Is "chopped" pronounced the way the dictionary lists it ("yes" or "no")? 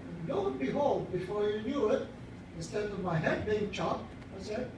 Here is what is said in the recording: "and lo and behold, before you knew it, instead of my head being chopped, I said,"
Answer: no